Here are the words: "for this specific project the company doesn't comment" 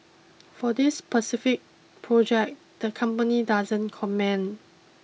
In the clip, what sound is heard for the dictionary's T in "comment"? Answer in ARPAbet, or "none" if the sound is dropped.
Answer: none